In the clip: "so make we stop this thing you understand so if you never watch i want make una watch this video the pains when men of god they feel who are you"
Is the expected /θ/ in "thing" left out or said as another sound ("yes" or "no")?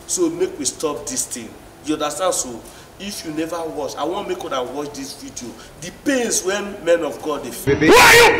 yes